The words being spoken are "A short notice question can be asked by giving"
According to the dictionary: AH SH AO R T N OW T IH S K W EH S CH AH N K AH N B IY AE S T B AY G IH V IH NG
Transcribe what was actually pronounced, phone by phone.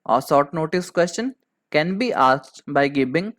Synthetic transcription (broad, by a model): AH S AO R T N OW T IH S K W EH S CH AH N K AH N B IY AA S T B AY G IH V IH NG